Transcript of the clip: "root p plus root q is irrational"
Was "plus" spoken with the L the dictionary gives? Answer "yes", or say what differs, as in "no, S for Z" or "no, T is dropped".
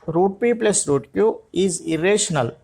yes